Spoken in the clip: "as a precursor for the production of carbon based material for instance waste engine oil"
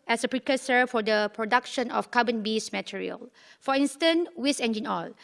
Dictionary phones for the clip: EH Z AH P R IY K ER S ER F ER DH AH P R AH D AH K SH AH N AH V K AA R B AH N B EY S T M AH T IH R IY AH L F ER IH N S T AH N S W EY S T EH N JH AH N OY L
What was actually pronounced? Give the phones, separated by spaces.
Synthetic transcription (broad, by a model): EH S AH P R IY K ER S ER F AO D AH P R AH D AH K SH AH N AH F K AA B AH N B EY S M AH T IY R IY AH L F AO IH N S T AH N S W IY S EH N JH AH N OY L